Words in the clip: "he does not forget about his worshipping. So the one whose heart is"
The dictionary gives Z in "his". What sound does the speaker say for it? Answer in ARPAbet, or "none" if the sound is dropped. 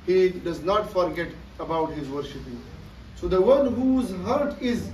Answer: Z